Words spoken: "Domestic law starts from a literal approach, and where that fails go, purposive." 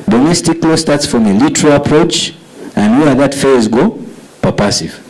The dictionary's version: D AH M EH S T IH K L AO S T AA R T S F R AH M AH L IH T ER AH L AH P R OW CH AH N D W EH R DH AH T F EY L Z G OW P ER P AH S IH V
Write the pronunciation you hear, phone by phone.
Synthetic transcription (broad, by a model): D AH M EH S T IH K L AO S T AA R T S F R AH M AH L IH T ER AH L AH P R OW CH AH N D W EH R DH AH T F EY Z G OW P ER P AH S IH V